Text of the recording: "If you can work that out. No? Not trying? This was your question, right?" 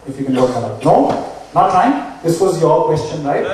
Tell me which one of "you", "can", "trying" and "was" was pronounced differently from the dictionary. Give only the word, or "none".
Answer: trying